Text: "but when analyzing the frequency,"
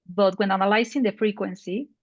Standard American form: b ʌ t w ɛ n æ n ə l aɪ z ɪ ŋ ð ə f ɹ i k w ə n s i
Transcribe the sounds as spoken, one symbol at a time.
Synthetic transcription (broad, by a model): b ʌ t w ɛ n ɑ n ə l aɪ s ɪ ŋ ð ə f ɹ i k w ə n s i